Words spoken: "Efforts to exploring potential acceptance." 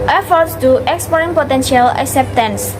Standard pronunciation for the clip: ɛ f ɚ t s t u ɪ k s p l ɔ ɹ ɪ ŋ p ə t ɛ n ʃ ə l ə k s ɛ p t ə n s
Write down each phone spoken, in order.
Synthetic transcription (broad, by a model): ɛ f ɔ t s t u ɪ k s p ɔ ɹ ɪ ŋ p ə t ɛ n ʃ ə l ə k s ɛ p t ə n s